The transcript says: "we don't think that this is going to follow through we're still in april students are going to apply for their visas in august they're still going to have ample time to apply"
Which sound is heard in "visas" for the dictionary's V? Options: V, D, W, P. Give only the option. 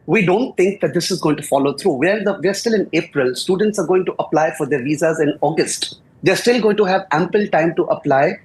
V